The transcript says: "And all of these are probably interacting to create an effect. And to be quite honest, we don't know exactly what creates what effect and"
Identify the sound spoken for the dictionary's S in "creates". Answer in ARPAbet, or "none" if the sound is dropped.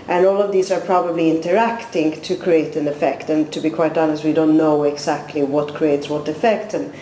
S